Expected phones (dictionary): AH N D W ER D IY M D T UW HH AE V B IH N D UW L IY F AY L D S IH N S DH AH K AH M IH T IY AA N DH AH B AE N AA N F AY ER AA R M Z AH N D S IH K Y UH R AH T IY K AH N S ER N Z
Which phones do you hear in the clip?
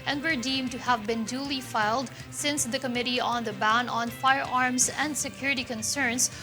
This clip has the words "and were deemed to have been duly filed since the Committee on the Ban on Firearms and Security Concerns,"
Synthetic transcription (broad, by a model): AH N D W ER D IY M T UW HH AE V B IH N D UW L IY F AY L D S IH N S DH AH K AH M IH T IY AA N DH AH B AE N AA N F AY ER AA R M S AH N D S IH K Y UH R AH T IY K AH N S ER N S